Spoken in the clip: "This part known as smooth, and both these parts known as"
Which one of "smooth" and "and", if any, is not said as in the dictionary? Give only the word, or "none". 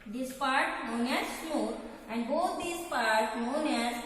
smooth